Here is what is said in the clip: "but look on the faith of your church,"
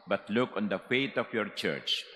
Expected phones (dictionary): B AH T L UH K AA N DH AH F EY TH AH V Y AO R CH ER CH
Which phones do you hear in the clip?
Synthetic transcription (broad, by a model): B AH T L UH K AA N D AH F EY T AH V Y AO R CH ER CH